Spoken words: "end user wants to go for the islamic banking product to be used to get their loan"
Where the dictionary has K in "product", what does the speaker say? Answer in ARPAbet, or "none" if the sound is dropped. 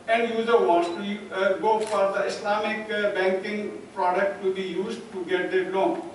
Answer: K